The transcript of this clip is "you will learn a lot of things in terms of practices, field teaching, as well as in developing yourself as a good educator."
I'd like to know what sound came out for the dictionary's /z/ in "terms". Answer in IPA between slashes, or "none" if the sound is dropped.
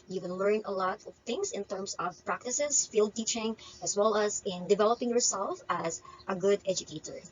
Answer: /s/